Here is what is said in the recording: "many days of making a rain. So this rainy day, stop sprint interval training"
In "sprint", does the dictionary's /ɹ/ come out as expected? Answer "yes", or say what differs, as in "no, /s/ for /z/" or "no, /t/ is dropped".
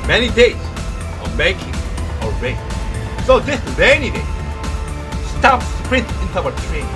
yes